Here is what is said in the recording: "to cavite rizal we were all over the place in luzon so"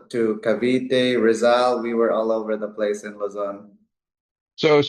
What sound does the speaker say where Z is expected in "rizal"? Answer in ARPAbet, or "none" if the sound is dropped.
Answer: Z